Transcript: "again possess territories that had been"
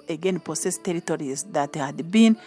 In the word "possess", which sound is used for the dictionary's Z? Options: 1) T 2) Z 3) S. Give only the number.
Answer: 3